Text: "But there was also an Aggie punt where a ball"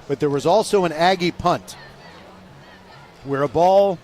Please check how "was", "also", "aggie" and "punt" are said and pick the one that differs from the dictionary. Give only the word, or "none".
none